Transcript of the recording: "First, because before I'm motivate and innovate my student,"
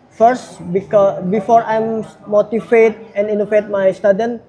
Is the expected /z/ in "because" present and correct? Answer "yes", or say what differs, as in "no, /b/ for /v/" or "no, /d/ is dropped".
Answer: no, /z/ is dropped